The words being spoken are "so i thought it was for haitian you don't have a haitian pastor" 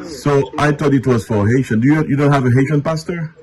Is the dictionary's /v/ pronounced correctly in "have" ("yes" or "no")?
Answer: yes